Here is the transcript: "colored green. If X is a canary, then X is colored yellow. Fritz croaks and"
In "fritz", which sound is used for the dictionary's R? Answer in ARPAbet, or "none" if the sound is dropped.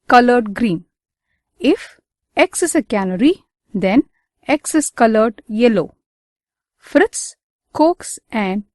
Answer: R